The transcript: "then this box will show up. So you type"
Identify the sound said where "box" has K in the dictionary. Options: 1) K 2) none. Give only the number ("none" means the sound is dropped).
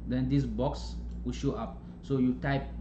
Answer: 1